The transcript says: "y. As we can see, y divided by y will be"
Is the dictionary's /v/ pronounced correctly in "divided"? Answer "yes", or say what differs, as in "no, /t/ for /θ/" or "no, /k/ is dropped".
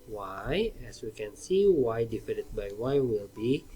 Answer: no, /f/ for /v/